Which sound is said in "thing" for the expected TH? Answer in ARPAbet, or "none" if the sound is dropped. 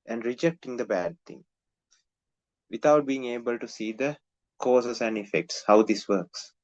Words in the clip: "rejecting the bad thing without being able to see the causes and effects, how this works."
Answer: T